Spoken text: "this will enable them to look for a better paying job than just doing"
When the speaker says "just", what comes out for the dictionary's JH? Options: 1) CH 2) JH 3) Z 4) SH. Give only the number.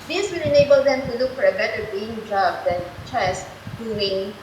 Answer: 1